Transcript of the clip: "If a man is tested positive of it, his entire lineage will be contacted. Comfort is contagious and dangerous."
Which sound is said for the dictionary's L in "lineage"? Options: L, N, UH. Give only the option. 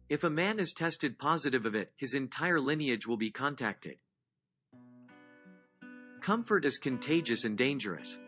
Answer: L